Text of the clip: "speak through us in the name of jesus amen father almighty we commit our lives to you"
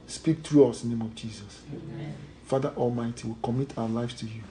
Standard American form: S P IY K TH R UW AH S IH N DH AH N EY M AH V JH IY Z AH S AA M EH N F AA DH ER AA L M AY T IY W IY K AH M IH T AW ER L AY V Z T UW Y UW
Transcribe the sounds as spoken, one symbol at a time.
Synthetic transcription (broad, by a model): S P IY K T R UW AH S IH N N EY M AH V JH IY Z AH S F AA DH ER AA L M AY T IY W IY K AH M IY T AW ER L AY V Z T UW Y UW